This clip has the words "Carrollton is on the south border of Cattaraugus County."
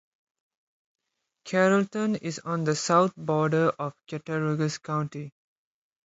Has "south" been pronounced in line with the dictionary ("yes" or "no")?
no